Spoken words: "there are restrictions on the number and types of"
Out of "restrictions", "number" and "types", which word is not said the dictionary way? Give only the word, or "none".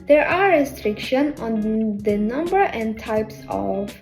restrictions